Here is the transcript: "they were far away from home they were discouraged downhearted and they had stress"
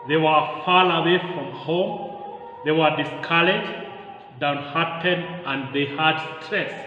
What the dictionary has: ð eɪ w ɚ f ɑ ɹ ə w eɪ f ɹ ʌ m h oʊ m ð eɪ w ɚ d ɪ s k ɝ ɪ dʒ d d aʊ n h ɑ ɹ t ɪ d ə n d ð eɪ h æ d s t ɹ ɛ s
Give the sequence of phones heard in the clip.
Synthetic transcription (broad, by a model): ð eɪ w ɚ f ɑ l ə w eɪ f ɹ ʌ m h oʊ m ð eɪ w ɚ d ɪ s k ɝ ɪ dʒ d d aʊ n h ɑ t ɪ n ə n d ð eɪ h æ d s t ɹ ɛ s